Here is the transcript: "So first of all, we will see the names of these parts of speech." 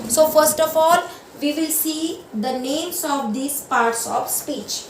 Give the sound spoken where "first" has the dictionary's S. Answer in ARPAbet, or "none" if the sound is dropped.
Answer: S